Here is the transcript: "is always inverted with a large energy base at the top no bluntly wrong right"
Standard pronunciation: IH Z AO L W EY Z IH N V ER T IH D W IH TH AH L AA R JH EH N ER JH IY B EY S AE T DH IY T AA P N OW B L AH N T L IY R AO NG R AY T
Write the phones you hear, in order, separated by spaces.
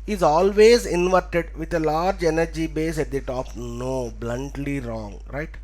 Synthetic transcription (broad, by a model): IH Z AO L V EY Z IH N V ER T IH D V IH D AH L AA R JH EH N ER JH IY B EY S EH T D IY T AA P N OW B L AH N T L IY R AO NG R AY T